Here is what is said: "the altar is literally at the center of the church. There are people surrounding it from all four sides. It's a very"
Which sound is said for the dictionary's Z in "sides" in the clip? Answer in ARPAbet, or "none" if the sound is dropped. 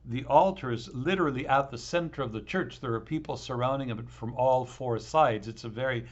Z